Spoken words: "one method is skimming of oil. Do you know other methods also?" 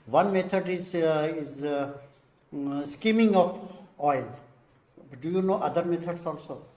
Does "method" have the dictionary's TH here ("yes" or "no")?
no